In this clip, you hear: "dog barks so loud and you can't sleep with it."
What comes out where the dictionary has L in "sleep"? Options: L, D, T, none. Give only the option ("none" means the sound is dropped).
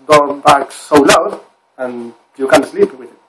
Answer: L